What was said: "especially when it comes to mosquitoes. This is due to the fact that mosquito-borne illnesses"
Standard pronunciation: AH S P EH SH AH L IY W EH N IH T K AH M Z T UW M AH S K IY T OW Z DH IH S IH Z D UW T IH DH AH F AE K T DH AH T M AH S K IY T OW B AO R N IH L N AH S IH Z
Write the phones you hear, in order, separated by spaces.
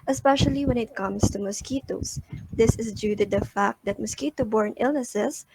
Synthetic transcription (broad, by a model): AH S P EH SH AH L IY W EH N IH T K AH M S T UW M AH S K IY T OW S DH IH S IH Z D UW T IH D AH F AE K T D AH T M AH S K IY T OW B AO R N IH L N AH S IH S